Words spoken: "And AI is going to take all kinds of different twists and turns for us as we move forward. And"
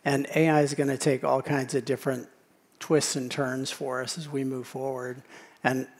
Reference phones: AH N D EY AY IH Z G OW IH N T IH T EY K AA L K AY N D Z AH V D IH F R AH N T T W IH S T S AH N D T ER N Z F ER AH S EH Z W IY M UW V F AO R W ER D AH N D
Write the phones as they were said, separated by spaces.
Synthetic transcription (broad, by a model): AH N EY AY IH Z G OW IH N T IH T EY K AA L K AY N D Z AH V D IH F R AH N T T W IH S T S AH N T ER N Z F ER AH S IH Z W IY M UW V F AO R W ER D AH N